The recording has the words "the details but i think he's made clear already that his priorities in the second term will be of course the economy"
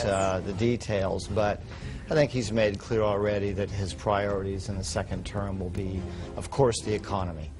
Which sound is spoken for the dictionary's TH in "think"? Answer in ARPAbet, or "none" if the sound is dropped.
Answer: TH